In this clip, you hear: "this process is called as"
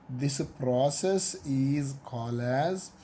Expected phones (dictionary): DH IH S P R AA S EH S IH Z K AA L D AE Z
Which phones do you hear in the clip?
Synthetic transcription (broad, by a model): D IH S P R AA S EH S IH Z K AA L AE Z